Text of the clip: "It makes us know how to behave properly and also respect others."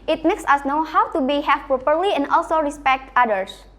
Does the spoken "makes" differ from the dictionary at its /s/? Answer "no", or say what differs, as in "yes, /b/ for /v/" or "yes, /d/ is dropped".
no